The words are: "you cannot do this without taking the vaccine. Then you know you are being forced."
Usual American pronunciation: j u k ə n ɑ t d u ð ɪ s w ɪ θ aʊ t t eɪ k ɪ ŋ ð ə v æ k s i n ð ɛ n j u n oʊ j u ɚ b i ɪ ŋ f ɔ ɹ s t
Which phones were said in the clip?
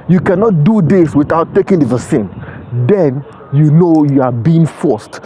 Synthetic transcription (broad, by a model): j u k ə n ɑ t d u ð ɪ s w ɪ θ aʊ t t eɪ k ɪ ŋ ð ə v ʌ s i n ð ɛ n j u n oʊ j u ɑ b i ɪ ŋ f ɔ s t